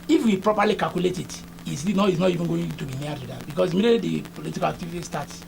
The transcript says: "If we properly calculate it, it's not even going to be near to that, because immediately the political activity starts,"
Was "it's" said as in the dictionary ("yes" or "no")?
no